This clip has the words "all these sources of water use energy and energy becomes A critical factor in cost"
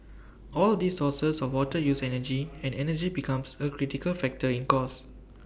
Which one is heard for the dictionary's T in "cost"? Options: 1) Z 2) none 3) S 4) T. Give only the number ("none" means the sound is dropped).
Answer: 2